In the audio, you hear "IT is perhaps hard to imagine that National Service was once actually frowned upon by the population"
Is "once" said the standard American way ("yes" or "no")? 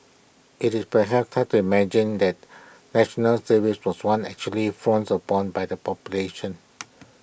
no